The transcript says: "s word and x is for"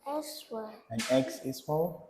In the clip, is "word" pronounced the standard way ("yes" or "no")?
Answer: no